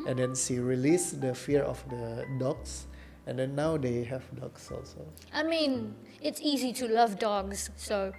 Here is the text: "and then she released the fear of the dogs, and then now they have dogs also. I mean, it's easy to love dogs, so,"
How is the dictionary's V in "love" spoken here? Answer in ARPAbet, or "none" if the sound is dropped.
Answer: V